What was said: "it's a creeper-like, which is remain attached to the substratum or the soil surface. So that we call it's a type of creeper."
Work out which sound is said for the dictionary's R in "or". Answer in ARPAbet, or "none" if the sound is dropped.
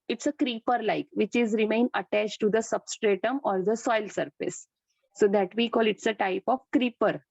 R